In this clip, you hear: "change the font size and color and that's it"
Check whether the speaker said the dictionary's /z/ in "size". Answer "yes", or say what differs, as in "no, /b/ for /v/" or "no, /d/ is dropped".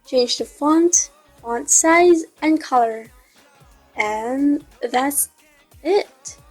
yes